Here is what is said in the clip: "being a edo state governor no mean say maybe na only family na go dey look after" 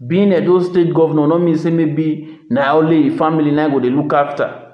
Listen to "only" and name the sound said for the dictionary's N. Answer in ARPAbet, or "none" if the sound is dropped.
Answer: none